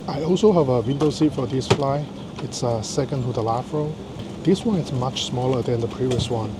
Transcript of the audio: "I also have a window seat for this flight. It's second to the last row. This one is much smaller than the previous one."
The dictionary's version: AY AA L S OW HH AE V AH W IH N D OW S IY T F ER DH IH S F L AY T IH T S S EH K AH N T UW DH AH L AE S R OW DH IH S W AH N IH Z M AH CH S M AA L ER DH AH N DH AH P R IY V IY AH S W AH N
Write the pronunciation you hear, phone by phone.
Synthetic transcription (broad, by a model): AY AA L S OW HH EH V AH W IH N D OW S IY T F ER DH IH S F L AY IH T S S EH K AH N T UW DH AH L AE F R OW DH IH S W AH N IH S M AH CH S M AA L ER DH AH N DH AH P R IY V IY AH S W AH N